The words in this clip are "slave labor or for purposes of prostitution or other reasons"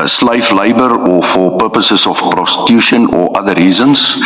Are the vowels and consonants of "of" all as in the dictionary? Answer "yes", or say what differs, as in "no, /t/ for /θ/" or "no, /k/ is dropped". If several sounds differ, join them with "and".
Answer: no, /f/ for /v/